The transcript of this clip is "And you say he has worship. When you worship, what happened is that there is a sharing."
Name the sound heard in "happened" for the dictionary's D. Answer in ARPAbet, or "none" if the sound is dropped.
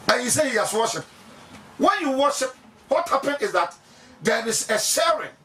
none